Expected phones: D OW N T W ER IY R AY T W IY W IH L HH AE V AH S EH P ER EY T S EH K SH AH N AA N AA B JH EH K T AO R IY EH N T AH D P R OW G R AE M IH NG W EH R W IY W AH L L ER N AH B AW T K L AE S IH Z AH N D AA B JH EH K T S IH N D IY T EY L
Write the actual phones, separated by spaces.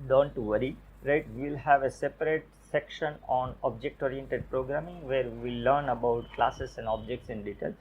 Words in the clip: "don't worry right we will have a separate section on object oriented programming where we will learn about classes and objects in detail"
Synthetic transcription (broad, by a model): D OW N T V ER IY R AY T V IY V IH L HH AE V AH S EH P ER EY T S EH K SH AH N AA N AA B JH EH K T AO R IY EH N T AH D P R OW G R AE M IH NG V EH R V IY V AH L L ER N AH B AW T K L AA S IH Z AH N D AA B JH EH K T S IH N D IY T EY L